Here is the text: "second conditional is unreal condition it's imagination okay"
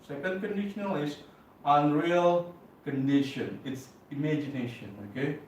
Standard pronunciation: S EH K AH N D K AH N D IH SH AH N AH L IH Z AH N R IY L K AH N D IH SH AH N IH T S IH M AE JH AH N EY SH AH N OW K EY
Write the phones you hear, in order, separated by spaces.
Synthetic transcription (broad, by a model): S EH K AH N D K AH N D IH SH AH N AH L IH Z AH N R IY L K AH N D IH SH AH N IH T S IH M AE JH AH N EY SH AH N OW K EY